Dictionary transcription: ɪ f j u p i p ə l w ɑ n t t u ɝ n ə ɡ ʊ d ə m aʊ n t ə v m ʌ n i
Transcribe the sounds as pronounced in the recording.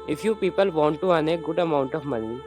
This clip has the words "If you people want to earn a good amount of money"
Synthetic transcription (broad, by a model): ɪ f j u p i p ə l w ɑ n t t u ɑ n ə ɡ ʊ d ə m aʊ n t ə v m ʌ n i